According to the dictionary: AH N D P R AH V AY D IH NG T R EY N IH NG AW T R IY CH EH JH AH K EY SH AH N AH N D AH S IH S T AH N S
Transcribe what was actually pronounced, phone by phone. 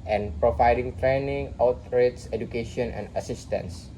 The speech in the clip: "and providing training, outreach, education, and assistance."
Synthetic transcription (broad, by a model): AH N P R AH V AY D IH NG T R EY N IH NG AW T R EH S EH JH AH K EY SH AH N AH N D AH S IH S T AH N S